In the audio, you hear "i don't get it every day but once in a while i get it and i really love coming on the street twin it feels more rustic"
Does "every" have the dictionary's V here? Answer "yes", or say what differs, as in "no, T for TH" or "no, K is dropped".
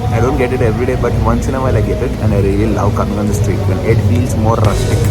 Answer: yes